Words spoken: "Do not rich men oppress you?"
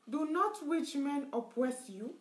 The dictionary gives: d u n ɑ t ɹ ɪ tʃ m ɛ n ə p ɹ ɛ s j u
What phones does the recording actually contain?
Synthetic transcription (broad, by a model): d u n ɑ t w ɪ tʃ m ɛ n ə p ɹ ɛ s j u